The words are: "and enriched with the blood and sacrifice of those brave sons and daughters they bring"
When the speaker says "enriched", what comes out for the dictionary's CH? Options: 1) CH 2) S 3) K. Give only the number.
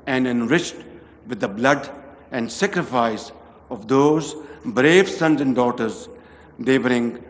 1